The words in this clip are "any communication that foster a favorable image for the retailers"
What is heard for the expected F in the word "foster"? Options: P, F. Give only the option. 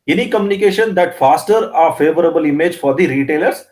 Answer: F